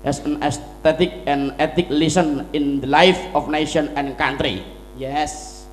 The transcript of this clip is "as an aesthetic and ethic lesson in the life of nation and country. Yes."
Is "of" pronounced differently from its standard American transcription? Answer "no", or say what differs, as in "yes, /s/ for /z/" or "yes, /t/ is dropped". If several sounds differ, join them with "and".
yes, /f/ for /v/